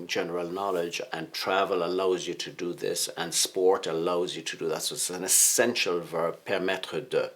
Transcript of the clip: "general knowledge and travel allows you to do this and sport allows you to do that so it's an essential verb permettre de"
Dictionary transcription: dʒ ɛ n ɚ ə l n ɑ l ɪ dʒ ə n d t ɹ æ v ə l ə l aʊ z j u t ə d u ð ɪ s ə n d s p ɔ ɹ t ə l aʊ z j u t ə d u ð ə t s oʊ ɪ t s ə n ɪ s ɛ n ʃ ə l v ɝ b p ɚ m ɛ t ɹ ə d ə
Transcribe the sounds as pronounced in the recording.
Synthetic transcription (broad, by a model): dʒ ɛ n ɚ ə l n ɑ l ɪ dʒ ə n t ɹ æ v ə l ə l aʊ z j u t ə d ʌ ð ɪ s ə n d s p ɔ ɹ t ə l aʊ z j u t ə d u ð ə t s oʊ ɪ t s ə n ɪ s ɛ n ʃ ə l v ɝ b p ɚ m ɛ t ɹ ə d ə